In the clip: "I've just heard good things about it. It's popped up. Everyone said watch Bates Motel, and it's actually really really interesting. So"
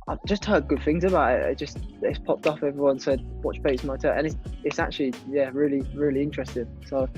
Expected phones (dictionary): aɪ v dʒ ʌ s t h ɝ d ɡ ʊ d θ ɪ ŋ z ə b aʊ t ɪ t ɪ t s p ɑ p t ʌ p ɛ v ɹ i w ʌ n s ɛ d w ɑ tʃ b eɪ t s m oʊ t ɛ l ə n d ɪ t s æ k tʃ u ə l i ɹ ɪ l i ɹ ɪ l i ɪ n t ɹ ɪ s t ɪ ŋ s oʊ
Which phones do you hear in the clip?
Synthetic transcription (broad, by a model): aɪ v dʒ ʌ s t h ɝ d ɡ ʊ d θ ɪ ŋ z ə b aʊ t ɪ t ɪ t s p ɑ p t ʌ f ɛ v ɹ i w ʌ n s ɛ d w ɑ tʃ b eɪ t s m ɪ t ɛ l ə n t ɪ t s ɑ k tʃ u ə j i ɹ ɪ l i ɹ ɪ l i ɪ n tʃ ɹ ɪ s t ɪ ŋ s oʊ